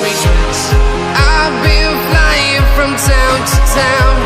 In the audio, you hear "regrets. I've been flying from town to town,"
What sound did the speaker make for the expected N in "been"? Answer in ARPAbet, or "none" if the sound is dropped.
L